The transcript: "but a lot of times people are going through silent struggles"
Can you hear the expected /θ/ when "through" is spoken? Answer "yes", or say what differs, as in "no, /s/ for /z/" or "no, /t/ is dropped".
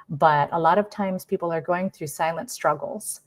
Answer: yes